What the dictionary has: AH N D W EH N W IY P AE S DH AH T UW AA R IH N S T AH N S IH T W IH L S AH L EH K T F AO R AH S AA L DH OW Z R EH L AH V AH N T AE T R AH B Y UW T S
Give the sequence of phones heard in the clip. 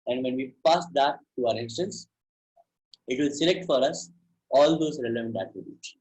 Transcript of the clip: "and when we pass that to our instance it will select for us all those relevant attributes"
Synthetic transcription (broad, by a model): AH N D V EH N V IY P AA S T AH T UW AA R IH N S T AH N S IH T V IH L S AH L EH K T F AO R AH S AA L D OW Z R EH L AH V AH N T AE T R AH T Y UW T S